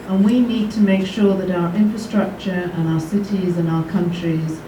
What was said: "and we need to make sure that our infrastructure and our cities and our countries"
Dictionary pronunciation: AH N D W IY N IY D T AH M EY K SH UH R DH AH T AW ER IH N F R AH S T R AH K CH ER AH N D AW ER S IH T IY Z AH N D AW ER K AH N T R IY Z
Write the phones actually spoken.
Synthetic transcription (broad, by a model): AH N W IY N IY D T AH M EY K SH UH R DH AH T AW ER IH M F R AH S T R AH K CH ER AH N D AW ER S IH T IY Z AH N AW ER K AH N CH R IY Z